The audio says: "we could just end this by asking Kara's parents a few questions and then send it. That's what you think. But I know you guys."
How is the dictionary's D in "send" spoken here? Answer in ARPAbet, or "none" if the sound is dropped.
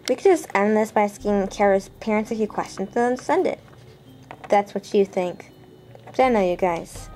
D